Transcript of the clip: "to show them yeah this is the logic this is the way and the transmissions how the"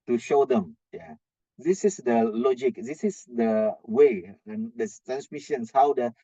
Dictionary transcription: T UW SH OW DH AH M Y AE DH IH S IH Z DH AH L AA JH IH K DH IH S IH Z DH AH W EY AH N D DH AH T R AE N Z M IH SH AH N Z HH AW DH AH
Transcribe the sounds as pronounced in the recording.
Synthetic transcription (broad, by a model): T UW SH OW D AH M Y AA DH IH S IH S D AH L AA JH IH K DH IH S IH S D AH W EY AH N D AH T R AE N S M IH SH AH N S HH AW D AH